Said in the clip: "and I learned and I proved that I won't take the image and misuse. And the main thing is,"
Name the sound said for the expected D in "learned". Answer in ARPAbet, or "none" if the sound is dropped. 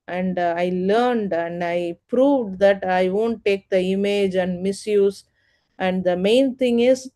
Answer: D